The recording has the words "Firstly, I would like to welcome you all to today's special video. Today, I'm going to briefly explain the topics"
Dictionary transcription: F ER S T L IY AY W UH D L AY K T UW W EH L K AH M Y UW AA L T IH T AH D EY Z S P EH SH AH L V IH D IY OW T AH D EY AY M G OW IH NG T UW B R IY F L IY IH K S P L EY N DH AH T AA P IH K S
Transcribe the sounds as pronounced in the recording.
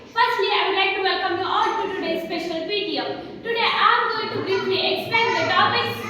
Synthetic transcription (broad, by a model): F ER S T L IY AY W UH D L AY K T UW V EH L K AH M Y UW AA L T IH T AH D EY S P EH SH AH L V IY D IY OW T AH D EY AY M G OW IH NG T UW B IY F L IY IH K S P EY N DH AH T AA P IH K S